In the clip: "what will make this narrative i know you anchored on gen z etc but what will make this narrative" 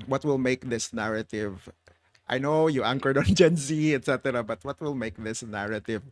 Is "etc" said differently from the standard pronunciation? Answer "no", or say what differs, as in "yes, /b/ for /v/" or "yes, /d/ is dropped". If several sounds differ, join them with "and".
no